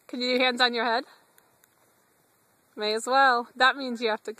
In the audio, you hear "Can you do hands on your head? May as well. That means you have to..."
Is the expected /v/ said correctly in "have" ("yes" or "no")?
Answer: no